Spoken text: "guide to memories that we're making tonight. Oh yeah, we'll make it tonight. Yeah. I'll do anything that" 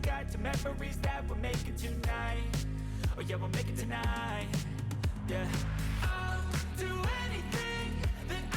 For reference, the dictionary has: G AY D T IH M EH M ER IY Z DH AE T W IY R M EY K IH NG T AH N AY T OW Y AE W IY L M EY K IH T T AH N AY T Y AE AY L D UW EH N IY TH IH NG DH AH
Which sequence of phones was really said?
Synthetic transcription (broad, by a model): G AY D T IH M EH M ER IY Z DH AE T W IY L M EY K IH T AH N AY T OW Y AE W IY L M EY K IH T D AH N AY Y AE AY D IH EH N IY TH IH NG DH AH